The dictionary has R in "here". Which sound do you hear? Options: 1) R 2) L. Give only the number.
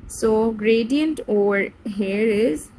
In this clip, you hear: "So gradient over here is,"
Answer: 1